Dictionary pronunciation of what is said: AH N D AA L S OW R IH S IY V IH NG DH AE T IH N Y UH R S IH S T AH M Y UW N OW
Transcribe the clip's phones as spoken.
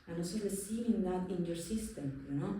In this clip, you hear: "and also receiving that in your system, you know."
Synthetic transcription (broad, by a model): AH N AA S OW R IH S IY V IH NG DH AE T IH N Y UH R S IH S T AH M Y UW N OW